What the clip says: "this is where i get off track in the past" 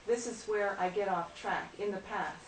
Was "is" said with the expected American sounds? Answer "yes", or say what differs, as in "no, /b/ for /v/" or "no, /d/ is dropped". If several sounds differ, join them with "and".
yes